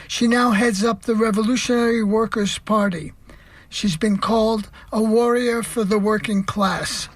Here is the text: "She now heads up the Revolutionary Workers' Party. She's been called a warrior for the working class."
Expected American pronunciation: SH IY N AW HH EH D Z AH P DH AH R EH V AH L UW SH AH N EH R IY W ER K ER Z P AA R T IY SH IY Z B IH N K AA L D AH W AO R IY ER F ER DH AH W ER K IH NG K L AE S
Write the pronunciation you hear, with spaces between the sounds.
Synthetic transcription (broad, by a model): SH IY N AW HH EH D Z AH P DH AH R EH V AH L UW SH AH N EH R IY W ER K ER Z P AA R T IY SH IY Z B IH N K AA L D AH W AO R IY ER F ER DH AH W ER K IH NG K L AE S